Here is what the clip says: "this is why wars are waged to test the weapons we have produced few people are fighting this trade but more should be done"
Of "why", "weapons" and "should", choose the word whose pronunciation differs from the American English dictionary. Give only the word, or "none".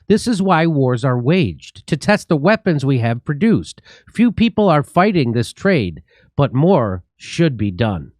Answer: none